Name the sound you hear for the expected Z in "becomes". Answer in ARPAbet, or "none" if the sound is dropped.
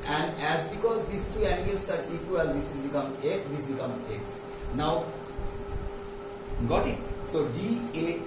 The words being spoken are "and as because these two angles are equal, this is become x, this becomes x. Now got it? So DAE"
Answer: none